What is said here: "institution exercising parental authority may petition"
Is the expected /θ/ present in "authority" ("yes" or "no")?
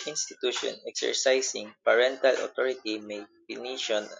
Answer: no